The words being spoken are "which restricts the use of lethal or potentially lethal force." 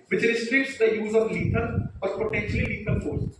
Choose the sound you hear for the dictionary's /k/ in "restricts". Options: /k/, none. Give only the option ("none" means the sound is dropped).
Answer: none